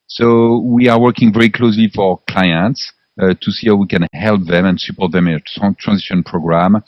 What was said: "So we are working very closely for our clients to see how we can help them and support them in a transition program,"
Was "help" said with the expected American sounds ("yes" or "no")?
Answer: yes